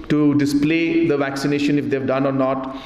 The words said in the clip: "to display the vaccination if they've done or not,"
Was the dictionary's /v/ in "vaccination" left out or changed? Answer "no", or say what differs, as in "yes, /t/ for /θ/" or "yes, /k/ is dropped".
no